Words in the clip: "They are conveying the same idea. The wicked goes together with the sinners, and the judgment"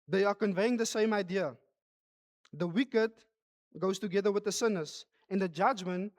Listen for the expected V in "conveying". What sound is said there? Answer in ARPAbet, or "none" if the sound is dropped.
V